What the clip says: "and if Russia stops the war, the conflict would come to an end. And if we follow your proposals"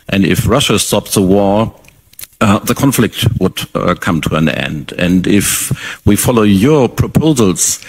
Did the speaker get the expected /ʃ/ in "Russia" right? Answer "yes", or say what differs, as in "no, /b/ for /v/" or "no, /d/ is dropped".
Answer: yes